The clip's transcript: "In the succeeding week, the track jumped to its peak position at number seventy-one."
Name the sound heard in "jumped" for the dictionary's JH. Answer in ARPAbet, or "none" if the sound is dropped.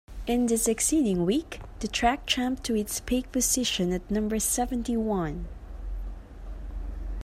CH